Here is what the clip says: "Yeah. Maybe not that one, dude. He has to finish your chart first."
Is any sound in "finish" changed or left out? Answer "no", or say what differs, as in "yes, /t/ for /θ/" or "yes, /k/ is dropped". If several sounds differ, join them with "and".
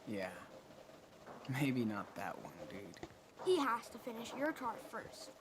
no